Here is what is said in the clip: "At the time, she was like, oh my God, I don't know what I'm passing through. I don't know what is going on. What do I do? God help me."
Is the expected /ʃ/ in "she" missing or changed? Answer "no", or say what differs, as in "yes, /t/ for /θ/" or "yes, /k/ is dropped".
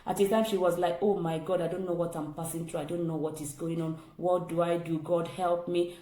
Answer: no